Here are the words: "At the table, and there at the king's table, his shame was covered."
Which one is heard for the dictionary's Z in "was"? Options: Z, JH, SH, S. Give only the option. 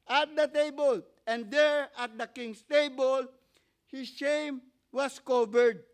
S